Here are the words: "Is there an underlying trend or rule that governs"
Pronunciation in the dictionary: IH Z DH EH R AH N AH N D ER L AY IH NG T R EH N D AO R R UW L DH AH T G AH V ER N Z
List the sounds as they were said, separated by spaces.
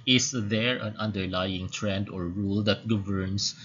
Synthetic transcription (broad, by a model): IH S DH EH R AH N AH N D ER L AY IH NG T R EH N D AO R R UW L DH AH T G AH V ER N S